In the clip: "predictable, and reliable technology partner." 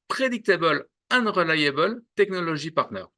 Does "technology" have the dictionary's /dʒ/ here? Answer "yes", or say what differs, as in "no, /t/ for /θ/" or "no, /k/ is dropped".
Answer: no, /ʒ/ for /dʒ/